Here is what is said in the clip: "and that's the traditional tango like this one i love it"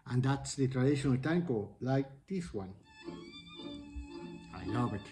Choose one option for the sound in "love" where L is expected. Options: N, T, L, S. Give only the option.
N